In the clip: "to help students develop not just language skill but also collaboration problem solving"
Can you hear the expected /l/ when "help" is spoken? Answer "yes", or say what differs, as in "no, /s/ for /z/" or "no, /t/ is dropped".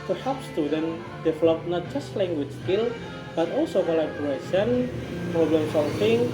no, /l/ is dropped